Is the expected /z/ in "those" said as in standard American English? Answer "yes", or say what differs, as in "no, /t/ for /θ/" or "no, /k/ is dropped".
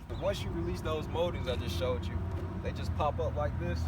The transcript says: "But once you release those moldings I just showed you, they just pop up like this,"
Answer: yes